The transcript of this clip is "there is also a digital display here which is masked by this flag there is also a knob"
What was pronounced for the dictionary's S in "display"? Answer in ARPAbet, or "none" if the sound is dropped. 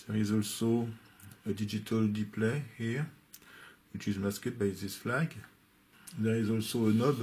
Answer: none